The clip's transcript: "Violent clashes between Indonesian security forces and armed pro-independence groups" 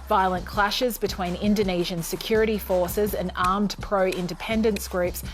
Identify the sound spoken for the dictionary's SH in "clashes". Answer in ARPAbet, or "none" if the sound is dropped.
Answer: SH